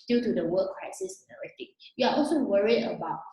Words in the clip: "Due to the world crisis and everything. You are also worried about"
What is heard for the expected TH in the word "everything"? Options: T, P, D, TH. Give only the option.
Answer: T